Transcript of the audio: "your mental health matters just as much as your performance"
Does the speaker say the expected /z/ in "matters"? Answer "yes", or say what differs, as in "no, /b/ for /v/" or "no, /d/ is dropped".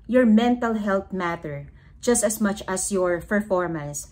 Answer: no, /z/ is dropped